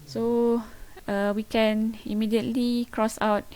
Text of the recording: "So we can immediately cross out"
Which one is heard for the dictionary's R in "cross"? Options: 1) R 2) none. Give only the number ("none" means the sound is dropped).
1